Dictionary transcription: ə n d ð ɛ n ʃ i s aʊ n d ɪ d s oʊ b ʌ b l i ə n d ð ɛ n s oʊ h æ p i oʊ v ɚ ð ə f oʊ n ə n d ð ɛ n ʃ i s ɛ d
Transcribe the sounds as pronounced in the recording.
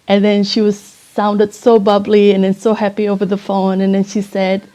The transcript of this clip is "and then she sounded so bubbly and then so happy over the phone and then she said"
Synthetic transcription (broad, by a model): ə n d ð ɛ n ʃ i s aʊ n d ɪ d s oʊ b ʌ b l i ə n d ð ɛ n s oʊ h æ p i oʊ v ɚ ð ə f oʊ n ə n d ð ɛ n ʃ i s ɛ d